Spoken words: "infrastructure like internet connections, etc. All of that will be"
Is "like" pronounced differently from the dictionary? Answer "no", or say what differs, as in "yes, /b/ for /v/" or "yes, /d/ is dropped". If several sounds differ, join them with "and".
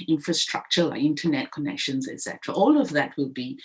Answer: yes, /k/ is dropped